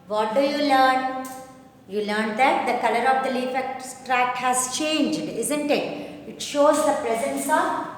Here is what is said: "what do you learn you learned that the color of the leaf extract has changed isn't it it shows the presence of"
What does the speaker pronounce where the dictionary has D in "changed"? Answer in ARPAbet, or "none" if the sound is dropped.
D